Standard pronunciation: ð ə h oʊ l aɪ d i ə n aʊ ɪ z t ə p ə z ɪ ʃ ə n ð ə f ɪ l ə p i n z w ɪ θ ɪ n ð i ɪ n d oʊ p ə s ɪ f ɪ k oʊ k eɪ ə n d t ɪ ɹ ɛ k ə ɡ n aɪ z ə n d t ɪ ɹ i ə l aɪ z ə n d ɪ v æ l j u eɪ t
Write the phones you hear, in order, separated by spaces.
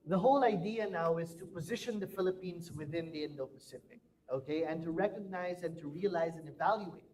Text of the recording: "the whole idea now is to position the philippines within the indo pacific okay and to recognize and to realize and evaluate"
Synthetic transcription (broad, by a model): ð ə h oʊ l aɪ d i ə n aʊ ɪ z t ə p ə z ɪ ʃ ə n ð ə f ɪ l ə p i n z w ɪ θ ɪ n ð i ɪ n d oʊ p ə s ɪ p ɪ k oʊ k eɪ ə n t ɪ ɹ ɛ k ə ɡ n aɪ z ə n t ɪ ɹ i ə l aɪ z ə n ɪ v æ l j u eɪ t